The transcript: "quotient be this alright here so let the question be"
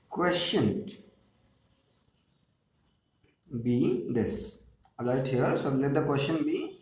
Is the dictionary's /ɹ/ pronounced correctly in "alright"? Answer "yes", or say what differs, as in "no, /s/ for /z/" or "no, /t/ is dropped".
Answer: no, /ɹ/ is dropped